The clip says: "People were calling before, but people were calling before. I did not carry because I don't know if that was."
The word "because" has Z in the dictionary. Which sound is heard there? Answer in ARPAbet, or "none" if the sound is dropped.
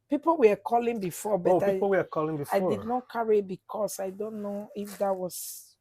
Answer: S